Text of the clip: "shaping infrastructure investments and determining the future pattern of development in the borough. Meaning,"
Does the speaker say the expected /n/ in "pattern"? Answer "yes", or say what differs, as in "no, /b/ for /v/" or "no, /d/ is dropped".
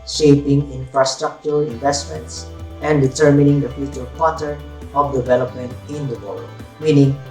no, /n/ is dropped